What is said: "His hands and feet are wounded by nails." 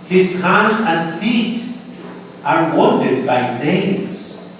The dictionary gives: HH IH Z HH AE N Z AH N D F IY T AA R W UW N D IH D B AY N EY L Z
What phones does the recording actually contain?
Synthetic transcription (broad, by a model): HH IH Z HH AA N AH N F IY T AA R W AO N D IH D B AY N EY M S